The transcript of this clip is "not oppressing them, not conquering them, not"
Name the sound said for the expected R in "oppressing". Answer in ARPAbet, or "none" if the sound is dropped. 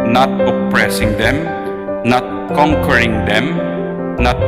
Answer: R